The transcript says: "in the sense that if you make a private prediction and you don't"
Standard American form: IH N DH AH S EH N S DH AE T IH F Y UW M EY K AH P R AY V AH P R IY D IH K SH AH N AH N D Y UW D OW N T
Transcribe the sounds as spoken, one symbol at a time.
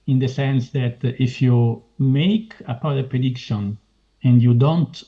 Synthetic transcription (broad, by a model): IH N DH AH S EH N S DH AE T IH F Y UW M EY K AH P AY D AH P R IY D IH K SH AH N AH N D Y UW D OW N T